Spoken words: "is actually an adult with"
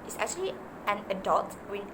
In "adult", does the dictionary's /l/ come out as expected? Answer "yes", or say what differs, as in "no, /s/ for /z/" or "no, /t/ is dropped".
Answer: no, /l/ is dropped